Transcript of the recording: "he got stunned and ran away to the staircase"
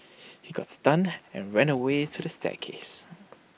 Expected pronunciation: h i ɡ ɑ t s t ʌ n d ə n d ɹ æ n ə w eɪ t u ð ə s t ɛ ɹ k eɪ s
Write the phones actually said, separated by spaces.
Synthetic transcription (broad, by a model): h i ɡ ɑ t s t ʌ n ə n ɹ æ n ə w eɪ t u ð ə s t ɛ k eɪ s